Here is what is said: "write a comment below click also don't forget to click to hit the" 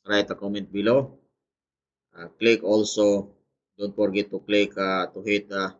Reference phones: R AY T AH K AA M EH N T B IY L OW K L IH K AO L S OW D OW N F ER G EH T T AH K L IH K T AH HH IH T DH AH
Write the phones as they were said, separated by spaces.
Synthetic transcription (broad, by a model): R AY T AH K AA M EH N T B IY L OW K L IH K AO L S OW D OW N P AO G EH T T AH K L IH K T AH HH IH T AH